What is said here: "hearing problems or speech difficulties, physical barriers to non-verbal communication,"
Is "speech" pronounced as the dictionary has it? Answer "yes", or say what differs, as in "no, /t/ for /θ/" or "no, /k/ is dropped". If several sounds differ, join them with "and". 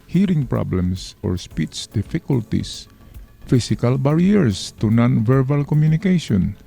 no, /s/ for /tʃ/